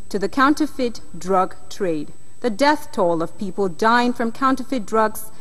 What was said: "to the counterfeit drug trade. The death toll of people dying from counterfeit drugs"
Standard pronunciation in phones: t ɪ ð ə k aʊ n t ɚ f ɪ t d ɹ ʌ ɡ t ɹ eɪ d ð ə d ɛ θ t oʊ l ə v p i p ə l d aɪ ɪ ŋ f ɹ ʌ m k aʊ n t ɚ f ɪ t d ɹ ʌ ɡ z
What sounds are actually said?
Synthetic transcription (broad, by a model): t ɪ ð ə k aʊ n t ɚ f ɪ t d ɹ ʌ ɡ t ɹ eɪ d ð ə d ɛ θ t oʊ l ə v p i p ə l d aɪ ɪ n f ɹ ʌ m k aʊ n t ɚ f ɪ t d ɹ ʌ ɡ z